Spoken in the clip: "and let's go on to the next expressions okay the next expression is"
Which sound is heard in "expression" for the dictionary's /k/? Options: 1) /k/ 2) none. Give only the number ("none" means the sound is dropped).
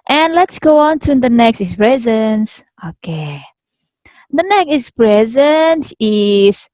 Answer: 2